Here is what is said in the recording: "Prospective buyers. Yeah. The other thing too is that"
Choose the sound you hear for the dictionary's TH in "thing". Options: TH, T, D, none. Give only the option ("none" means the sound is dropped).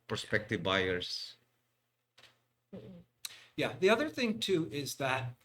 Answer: TH